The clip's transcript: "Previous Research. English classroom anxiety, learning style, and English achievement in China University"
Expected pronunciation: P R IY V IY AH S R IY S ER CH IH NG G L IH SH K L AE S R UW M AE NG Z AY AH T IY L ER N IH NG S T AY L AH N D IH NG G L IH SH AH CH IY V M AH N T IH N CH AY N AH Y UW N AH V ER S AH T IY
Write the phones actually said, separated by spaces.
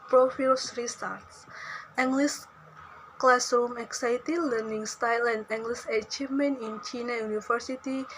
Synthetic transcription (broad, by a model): P R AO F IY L S R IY S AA S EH NG G L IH S K L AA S UW M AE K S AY T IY L ER N IH NG S T AY L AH N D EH NG G L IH S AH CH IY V M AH N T IH N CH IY N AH Y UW N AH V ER S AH T IY